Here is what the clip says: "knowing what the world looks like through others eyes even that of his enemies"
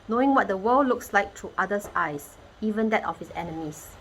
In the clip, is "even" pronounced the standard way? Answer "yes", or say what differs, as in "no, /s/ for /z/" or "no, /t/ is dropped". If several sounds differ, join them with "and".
yes